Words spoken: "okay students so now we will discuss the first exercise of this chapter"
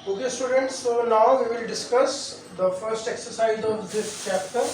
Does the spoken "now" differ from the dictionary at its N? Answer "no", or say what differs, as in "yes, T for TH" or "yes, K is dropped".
yes, L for N